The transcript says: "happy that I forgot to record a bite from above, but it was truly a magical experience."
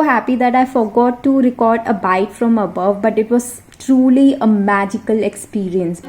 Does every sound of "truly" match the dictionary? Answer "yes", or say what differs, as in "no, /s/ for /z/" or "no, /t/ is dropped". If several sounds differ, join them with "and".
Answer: yes